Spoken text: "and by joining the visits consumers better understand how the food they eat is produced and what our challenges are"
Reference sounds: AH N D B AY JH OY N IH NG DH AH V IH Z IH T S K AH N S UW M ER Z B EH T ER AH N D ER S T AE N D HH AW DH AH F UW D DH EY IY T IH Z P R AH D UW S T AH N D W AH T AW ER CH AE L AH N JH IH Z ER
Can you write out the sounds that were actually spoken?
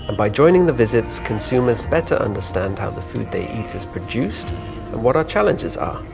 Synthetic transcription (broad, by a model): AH N B AY JH OY N IH NG DH AH V IH Z IH T S K AH N S UW M ER Z B EH T ER AH N D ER S T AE N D HH AW DH AH F UW D DH EY IY T IH Z P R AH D UW S T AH N W AH T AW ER CH AE L AH N JH IH Z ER